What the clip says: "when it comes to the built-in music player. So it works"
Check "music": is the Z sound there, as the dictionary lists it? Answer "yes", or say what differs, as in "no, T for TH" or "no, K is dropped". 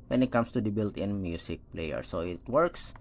no, S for Z